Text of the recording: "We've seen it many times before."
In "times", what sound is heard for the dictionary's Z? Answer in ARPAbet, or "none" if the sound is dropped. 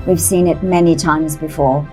Z